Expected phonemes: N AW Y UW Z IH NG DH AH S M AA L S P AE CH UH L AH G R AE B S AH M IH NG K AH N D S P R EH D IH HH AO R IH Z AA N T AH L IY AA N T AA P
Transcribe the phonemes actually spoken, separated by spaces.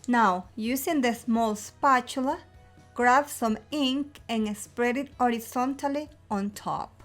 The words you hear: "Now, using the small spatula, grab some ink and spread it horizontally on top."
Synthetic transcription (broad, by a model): N AW Y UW S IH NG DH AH S M AA L S P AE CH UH L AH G R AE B S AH M IH NG K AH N S P R EH D IH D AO R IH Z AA N T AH L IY AA N T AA P